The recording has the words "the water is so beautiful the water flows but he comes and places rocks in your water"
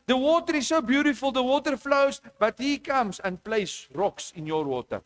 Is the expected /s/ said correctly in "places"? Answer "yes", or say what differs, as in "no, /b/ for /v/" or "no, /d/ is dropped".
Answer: no, /s/ is dropped